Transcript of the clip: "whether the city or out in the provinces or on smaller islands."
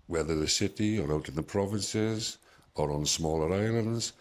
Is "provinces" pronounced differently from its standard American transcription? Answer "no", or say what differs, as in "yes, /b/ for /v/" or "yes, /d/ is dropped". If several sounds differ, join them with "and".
no